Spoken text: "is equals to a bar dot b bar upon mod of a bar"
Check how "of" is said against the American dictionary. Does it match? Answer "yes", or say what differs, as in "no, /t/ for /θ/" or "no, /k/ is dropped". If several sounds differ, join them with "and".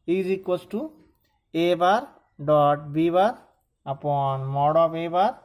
no, /p/ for /v/